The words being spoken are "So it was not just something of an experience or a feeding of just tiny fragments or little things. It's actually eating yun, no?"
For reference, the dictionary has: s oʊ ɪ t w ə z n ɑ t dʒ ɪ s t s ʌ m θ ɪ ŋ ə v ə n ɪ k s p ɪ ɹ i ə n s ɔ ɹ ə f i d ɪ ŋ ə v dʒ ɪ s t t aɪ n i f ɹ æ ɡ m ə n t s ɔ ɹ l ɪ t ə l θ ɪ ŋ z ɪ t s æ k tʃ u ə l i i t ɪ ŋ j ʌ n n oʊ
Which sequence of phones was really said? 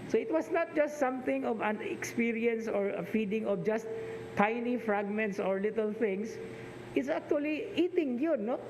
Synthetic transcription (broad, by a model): s oʊ ɪ t w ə s n ɑ t dʒ ɪ s t s ʌ m θ ɪ ŋ ə v ə n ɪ k s p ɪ ɹ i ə n s ɔ ɹ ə f i d ɪ ŋ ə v dʒ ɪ s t t aɪ n i f ɹ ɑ ɡ m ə n t s ɔ ɹ l ɪ t ə l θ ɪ ŋ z ɪ t s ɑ k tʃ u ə l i i t ɪ ŋ j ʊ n n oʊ